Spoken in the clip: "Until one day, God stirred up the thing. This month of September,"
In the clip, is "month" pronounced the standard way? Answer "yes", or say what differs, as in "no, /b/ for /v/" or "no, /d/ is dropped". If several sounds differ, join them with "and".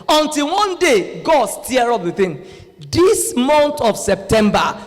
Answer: no, /t/ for /θ/